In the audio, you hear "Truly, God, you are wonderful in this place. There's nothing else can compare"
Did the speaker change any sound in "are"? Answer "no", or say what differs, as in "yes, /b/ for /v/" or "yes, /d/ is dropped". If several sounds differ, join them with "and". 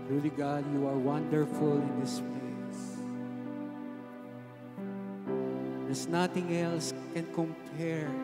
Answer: no